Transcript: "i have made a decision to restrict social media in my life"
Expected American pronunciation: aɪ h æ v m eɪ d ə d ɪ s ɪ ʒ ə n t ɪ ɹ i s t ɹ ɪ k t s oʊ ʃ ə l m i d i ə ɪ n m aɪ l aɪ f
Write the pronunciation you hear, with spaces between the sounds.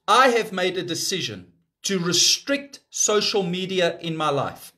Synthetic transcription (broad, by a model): aɪ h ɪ v m eɪ d ə d ɪ s ɪ ʒ ə n t ɪ ɹ i s t ɹ ɪ k t s oʊ ʃ ə l m i d i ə ɪ n m aɪ l aɪ f